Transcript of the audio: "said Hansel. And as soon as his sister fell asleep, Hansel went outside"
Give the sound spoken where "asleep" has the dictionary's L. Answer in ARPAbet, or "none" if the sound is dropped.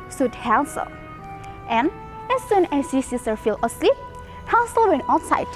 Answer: L